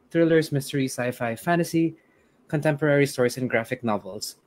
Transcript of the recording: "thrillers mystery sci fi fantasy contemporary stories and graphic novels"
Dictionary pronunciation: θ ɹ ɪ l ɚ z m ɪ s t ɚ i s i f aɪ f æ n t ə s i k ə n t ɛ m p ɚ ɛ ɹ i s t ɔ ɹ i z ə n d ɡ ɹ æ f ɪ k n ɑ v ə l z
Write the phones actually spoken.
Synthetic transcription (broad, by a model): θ ɹ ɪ l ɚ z m ɪ s t ɚ i s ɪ f aɪ f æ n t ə s i k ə n t ɛ m p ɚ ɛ ɹ i s t ɔ ɹ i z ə n ɡ ɹ æ f ɪ k n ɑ v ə l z